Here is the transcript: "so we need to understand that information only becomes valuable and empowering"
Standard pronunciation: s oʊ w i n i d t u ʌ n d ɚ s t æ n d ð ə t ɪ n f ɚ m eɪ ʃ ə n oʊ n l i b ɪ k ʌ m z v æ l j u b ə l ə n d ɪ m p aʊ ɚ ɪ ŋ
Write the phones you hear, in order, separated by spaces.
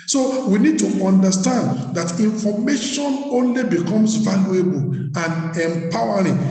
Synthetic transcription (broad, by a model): s oʊ w i n i d t u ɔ n d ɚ s t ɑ n d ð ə t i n f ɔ m eɪ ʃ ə n oʊ n l i b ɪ k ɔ m s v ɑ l j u b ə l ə n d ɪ m p aʊ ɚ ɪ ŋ